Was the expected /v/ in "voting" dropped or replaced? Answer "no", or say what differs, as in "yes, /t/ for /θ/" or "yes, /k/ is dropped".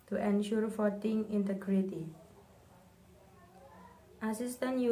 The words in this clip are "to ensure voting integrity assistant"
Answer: yes, /f/ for /v/